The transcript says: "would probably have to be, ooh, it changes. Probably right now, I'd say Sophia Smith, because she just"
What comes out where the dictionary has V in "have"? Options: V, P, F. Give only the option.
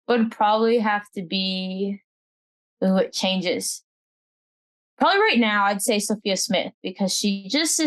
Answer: F